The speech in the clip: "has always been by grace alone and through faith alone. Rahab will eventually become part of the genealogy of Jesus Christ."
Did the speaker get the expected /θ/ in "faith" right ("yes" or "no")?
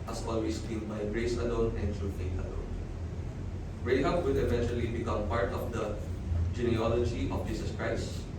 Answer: no